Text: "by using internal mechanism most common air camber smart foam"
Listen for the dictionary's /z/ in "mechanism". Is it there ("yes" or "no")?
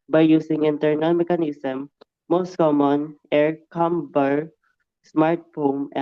no